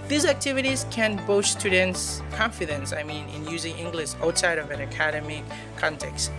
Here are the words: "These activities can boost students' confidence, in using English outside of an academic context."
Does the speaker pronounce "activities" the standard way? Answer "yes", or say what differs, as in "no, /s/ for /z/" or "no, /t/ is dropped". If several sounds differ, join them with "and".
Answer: yes